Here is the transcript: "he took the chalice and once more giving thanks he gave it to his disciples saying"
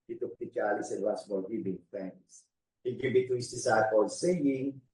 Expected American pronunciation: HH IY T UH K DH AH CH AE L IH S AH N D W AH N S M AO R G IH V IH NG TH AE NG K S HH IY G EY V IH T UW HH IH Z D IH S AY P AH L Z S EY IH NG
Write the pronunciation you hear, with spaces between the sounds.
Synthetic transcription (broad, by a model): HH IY T UH K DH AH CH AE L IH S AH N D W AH S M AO L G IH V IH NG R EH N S HH IY G EY V IH T UW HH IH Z D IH S AY P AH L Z S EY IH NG